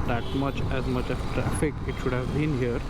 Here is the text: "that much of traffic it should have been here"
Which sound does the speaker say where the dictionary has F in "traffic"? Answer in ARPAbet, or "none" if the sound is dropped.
F